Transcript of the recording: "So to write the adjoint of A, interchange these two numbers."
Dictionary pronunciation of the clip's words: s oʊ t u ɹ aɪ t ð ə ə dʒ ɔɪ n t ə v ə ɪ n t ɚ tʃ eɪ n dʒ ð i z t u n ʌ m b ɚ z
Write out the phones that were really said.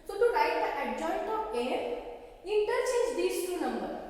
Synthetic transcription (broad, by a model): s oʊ t u ɹ aɪ t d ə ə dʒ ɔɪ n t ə p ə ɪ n t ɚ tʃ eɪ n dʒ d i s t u n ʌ m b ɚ